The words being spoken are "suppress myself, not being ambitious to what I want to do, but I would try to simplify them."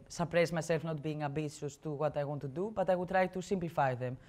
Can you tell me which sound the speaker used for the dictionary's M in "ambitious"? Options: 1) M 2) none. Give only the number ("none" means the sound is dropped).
2